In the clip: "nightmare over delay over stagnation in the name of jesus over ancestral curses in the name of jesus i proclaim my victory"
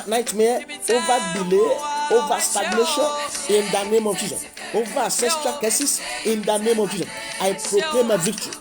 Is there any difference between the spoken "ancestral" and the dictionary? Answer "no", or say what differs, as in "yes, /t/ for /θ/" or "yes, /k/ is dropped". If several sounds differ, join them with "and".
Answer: yes, /n/ is dropped